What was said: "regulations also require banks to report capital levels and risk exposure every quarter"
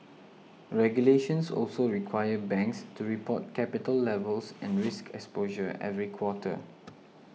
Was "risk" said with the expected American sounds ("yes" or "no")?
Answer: yes